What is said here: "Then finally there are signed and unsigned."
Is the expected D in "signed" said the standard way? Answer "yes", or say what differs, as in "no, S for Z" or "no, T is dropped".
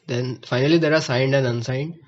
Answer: yes